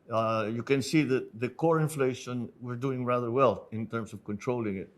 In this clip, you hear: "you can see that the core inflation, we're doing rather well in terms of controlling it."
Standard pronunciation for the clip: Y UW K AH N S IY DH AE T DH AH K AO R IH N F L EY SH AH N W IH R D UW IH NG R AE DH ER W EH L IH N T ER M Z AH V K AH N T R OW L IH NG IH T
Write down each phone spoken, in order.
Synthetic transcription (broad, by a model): Y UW K AH N S IY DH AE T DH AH K AO R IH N F L EY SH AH N W IH R D UW IH NG R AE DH ER W EH L IH N T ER M S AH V K AH N T R OW L IH NG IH T